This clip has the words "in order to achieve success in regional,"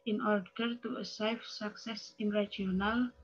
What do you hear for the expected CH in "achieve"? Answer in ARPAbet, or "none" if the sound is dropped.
S